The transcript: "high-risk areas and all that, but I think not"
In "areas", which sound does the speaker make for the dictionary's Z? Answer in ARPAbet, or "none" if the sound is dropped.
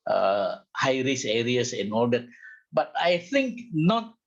S